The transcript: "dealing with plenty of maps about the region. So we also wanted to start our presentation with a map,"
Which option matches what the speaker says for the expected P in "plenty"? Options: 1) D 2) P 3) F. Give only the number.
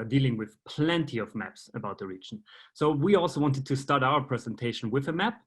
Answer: 2